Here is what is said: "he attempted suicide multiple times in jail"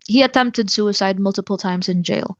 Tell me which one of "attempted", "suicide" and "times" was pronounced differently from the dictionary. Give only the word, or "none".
none